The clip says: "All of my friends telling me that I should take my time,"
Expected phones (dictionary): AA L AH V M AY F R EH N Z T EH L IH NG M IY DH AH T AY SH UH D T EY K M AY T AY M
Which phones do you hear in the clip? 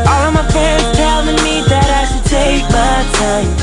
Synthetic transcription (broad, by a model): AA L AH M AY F EH Z T EH L IH NG M IY DH AH T AY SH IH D T EY K M AY T AY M